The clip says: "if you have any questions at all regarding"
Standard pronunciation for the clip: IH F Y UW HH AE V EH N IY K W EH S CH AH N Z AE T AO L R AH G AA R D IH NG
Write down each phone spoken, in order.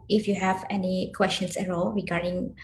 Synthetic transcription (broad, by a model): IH F Y UW HH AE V EH N IY K W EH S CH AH N S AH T AO L R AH G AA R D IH NG